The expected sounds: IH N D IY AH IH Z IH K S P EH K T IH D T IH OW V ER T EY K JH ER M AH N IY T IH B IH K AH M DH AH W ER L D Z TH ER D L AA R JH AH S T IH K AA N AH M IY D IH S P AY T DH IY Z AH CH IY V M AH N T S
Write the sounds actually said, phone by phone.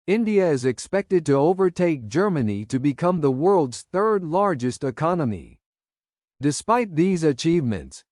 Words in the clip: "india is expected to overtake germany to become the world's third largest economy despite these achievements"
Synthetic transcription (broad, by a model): IH N D IY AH IH Z IH K S P EH K T IH D T IH OW V ER T EY K JH ER M AH N IY T IH B IH K AH M DH AH W ER L D Z TH ER D L AA R JH AH S T IH K AA N AH M IY D IH S P AY T DH IY Z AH CH IY V M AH N T S